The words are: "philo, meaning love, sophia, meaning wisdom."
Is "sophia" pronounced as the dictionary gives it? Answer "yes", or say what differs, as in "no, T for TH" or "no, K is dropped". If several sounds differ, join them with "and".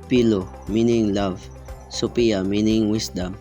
no, P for F